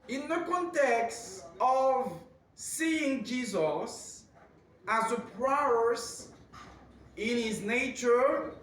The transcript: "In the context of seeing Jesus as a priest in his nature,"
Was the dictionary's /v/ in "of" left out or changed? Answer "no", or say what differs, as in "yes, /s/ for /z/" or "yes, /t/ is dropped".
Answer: no